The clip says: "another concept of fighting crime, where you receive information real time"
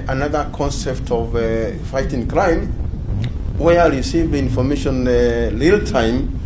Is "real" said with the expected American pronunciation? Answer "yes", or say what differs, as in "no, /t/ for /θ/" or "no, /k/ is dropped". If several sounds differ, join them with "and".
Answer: no, /l/ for /ɹ/